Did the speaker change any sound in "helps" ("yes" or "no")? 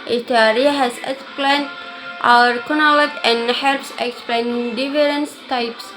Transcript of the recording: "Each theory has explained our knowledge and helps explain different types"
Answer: no